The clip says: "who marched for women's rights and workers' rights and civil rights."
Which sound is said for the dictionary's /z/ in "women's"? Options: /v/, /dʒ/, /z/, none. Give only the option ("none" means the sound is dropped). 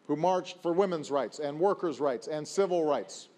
/z/